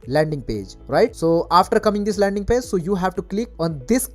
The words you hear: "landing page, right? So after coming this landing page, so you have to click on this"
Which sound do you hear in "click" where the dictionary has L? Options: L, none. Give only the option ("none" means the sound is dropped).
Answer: L